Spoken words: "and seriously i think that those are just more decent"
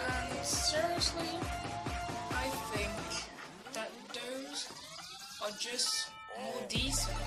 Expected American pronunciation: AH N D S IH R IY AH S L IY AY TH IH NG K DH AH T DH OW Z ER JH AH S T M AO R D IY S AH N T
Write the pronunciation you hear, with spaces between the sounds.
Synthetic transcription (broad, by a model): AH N S IH R IY AH S L IY AY TH IH NG K DH AH T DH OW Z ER JH AH S T M AO R D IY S